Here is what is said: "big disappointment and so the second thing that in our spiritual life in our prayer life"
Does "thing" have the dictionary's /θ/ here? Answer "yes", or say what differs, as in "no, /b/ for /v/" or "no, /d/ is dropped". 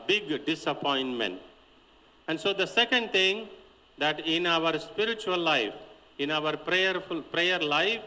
no, /t/ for /θ/